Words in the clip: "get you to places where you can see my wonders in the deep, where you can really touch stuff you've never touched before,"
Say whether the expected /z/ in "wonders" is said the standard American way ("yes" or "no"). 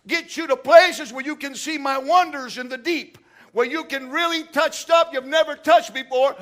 yes